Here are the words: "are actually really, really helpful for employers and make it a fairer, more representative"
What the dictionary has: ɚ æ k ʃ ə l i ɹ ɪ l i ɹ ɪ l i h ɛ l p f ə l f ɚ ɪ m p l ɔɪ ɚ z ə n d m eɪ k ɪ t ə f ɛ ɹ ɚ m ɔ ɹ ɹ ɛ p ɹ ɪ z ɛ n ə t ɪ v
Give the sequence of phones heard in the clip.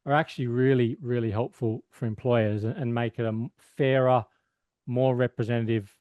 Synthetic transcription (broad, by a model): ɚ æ k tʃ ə l i ɹ ɪ l i ɹ ɪ l i h ɛ l p f ə l f ɚ ɪ m p l ɔɪ ɚ z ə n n m eɪ k ɪ t ə f ɛ ɹ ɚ m ɔ ɹ ɹ ɛ p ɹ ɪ z ɛ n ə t ɪ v